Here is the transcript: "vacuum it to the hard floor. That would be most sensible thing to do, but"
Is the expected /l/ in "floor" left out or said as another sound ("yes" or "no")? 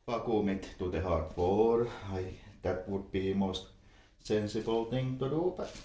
yes